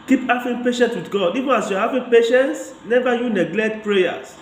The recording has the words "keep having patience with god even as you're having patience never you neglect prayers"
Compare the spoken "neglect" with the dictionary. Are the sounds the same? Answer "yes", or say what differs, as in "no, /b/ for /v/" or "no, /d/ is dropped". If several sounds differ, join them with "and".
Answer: yes